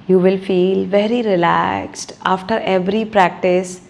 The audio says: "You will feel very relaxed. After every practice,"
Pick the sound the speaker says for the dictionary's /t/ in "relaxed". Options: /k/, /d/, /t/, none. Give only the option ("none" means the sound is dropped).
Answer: /t/